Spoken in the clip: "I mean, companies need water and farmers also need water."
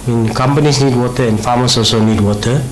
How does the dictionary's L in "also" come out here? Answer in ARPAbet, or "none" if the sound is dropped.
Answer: none